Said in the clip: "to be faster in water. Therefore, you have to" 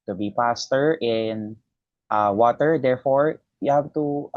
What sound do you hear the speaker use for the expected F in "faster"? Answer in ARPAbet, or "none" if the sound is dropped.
P